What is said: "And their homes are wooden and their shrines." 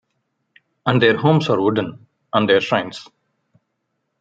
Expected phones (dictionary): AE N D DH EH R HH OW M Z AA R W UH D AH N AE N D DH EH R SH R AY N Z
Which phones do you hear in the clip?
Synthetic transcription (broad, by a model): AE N D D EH R HH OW M S AA R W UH D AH N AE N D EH R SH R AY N S